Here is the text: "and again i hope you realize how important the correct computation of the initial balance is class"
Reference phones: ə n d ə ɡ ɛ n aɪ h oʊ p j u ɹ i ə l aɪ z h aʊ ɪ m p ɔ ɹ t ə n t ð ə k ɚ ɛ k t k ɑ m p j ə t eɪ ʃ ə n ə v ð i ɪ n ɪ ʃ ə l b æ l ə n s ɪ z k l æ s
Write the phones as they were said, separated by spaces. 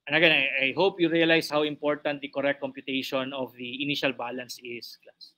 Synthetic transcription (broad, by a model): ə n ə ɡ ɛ n aɪ h oʊ p j u ɹ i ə l aɪ s h aʊ ɪ m p ɔ ɹ t ə n t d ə k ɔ ɛ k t k ɑ m p j ə t eɪ ʃ ə n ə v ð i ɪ n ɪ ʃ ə l b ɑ l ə n s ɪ s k l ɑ s